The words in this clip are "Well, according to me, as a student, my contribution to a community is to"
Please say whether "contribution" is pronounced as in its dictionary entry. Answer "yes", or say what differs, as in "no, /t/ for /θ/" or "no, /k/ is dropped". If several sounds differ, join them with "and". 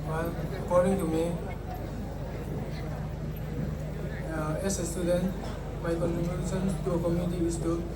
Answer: no, /s/ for /ʃ/